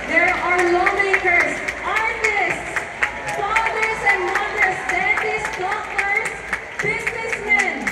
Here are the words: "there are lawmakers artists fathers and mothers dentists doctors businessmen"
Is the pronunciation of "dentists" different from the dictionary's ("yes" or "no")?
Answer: yes